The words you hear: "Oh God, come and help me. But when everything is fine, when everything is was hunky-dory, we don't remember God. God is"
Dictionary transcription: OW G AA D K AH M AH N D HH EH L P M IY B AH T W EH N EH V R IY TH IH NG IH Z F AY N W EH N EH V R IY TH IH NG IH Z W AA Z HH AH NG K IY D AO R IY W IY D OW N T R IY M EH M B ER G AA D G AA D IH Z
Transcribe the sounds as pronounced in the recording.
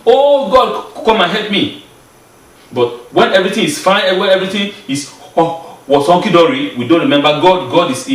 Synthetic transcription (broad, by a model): OW G AA D K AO M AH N HH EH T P M IY B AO T W EH N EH V R IY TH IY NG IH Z F AY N W EH N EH V R IY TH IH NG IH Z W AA S HH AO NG K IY D AO R IY W IY D OW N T R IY M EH M B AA G AA D G AA D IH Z